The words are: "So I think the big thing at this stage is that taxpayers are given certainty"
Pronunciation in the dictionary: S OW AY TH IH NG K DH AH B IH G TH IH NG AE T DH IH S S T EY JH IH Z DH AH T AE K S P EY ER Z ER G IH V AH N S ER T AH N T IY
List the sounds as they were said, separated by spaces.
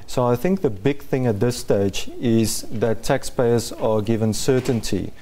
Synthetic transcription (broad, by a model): S OW AY TH IH NG K DH AH B IH G TH IH NG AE T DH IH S S T EY JH IH Z DH AH T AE K S P EY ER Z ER G IH V AH N S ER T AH N T IY